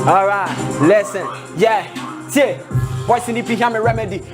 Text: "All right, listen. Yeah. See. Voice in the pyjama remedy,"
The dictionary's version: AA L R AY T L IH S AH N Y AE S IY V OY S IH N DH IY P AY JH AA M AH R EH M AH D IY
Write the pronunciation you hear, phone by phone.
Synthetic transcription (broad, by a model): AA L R AY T L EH S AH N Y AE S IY B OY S IH N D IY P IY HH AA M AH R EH M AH D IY